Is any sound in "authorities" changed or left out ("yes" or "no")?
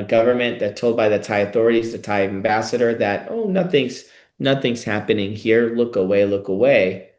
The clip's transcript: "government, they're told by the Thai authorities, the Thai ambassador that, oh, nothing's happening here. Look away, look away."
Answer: no